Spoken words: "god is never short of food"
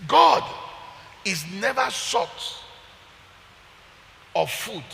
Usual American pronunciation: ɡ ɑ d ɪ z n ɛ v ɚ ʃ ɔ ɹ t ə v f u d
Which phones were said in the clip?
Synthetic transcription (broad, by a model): ɡ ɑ d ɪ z n ɛ v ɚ s ɔ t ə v f u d